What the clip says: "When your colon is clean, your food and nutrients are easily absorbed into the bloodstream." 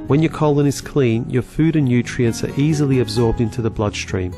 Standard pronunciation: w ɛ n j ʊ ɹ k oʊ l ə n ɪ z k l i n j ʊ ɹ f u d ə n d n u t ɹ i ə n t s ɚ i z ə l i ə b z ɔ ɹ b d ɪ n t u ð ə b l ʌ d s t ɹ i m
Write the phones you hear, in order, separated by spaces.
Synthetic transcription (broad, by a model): w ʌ n j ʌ ɹ k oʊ l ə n ɪ z k l i n j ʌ ɹ f u d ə n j u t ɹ i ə n t s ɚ i z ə l i ə b z ɔ ɹ b d ɪ n t u ð ə b l ʌ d s t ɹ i m